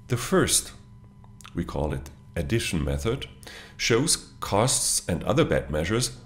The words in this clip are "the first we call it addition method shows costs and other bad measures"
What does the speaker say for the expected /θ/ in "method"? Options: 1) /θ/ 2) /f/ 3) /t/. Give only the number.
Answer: 1